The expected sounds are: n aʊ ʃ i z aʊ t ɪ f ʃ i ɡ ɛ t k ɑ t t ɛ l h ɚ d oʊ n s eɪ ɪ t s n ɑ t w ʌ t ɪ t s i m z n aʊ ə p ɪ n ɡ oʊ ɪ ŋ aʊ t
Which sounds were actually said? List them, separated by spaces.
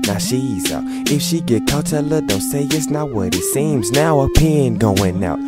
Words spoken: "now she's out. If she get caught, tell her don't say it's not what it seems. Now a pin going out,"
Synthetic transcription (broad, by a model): n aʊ ʃ i z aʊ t ɪ f ʃ i ɡ ɛ t k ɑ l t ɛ l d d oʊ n s eɪ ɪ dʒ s n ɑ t w ʌ t ɪ t s i m z n aʊ ə p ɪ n ɡ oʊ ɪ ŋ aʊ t